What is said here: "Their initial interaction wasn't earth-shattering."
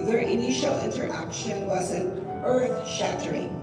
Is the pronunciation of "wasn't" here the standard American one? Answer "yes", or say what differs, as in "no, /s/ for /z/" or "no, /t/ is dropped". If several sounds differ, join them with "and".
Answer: no, /t/ is dropped